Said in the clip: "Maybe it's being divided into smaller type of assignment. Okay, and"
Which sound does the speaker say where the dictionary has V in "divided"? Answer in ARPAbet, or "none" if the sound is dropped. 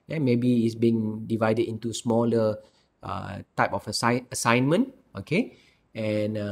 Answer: V